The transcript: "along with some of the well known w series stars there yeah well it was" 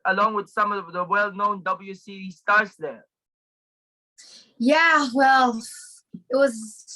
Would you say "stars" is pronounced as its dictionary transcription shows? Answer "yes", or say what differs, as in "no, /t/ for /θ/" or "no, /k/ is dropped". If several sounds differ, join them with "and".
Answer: no, /s/ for /z/